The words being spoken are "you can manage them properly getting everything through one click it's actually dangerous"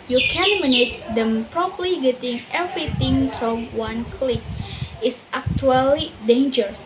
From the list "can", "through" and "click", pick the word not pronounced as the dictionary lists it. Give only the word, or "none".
through